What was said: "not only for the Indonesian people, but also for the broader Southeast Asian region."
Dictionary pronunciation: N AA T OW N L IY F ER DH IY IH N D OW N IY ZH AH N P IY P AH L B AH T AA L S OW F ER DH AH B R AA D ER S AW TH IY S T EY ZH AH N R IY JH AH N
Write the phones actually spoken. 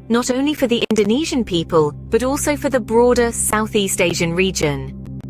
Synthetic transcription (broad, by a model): N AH T OW N L IY F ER DH IY IH N D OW N IY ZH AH N P IY P AH L B AH T AA L S OW F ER DH AH B R AA D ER S AW TH IY S T EY ZH AH N R IY JH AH N